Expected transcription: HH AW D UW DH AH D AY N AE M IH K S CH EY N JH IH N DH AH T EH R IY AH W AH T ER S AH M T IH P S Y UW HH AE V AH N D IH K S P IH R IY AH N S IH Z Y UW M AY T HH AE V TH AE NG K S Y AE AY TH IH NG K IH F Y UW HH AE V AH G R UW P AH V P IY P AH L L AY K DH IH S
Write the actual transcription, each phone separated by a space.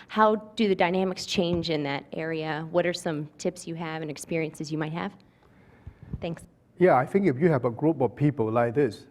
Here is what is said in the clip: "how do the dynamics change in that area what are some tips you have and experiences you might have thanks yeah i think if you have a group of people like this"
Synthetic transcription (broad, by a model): HH AW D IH DH AH D AY N AE M IH K S CH EY N JH IH N DH AH T EH R IY AH W AH T ER S AH M T IH P S Y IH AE V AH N IH K S P IH R IY AH N S IH Z Y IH M AY T HH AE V TH AE NG K S Y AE AY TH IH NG K IH F Y UW HH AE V AH G R UW P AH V P IY P AH L L AY K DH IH S